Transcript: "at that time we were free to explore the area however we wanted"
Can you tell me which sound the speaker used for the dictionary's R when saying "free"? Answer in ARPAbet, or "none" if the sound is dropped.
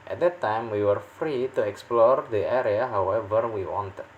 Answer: R